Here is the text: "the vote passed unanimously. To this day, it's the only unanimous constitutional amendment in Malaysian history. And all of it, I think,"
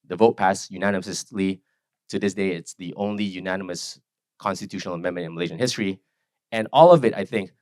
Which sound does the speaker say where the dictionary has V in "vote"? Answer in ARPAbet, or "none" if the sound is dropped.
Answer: V